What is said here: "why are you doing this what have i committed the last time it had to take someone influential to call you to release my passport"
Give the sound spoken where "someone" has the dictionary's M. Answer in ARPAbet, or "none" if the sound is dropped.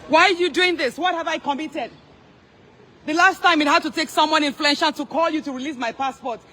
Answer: M